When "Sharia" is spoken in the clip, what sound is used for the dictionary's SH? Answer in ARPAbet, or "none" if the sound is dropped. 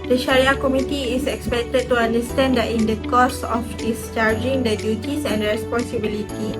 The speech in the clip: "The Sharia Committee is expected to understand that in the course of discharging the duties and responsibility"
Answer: SH